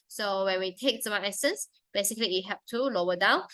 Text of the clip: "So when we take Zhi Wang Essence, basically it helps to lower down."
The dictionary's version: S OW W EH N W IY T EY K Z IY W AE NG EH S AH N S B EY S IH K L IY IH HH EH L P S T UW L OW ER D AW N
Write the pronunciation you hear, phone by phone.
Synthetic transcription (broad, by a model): S OW W EH N W IY T EY K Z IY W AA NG EH S AH N S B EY S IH K L IY IH HH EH P T UW L OW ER D AW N